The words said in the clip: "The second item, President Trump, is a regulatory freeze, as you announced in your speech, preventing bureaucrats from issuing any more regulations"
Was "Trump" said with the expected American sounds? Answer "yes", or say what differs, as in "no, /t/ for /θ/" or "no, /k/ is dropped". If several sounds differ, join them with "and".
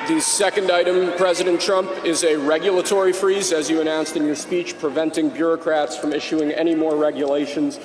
yes